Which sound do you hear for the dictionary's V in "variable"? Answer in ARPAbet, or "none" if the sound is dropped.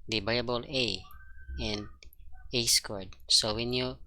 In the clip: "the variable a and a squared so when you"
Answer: B